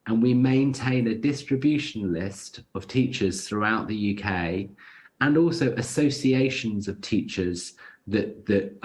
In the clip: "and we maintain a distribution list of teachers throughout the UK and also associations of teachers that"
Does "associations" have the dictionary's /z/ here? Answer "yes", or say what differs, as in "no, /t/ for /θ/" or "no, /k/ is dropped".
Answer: yes